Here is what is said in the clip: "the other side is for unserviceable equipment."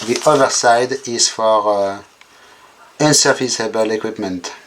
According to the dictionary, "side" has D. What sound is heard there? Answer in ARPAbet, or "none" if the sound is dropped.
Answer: D